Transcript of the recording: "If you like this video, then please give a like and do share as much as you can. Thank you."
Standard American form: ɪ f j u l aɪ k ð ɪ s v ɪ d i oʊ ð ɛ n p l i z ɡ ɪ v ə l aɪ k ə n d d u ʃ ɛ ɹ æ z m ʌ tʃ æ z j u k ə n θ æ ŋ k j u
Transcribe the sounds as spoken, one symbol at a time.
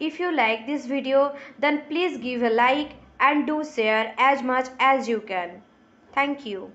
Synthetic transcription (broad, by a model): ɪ f j u l aɪ k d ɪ s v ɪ d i oʊ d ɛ n p l i z ɡ ɪ v ə l aɪ k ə n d d u s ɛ ɹ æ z m ʌ tʃ æ z j u k ə n t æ ŋ k j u